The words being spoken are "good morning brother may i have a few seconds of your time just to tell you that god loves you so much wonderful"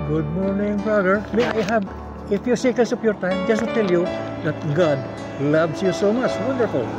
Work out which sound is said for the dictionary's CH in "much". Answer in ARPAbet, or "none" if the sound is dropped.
CH